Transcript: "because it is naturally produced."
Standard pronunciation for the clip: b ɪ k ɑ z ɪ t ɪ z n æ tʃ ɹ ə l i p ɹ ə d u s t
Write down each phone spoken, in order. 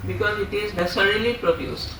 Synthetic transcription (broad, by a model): b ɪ k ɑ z ɪ t ɪ z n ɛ s ɹ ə l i p ɹ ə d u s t